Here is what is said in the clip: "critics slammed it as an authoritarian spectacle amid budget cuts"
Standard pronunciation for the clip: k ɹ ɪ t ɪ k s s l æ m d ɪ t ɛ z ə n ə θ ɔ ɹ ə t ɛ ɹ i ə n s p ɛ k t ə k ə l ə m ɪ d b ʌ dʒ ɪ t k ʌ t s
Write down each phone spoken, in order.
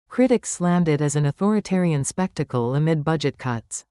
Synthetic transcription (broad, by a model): k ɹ ɪ t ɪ k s s l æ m d ɪ t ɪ z ə n ə θ ɔ ɹ ə t ɛ ɹ i ə n s p ɛ k t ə k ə l ə m ɪ d b ʌ dʒ ɪ t k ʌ t s